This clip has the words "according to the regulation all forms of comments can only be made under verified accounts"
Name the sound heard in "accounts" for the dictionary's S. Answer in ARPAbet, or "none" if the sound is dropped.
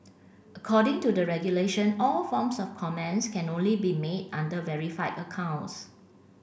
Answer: S